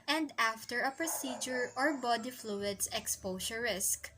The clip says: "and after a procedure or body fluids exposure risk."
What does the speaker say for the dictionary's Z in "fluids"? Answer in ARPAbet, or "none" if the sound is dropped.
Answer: S